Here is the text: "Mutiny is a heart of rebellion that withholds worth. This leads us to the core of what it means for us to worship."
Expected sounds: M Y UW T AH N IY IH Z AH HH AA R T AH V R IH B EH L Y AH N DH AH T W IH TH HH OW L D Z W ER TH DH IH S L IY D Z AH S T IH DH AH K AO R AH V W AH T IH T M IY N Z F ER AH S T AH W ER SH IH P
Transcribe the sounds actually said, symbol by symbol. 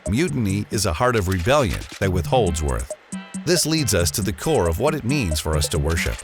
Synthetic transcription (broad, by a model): M Y UW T N IY IH Z AH HH AA R T AH V R IH B EH L Y AH N DH AH T W IH TH HH OW L D Z W ER TH DH IH S L IY D Z AH S T IH DH AH K AO R AH V W AH T IH T M IY N Z F ER AH S T AH W ER SH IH P